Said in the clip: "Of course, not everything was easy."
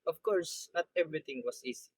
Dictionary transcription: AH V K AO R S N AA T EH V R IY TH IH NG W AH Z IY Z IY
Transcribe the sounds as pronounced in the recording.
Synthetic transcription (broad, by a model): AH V K AO R S N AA T EH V R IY T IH NG W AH S IY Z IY